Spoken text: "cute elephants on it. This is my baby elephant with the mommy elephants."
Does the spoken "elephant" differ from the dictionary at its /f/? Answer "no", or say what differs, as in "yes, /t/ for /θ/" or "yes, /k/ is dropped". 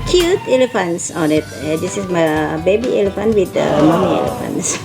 no